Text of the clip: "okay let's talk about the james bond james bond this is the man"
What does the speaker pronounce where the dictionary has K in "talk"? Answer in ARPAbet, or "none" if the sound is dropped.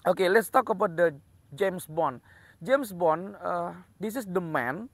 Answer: K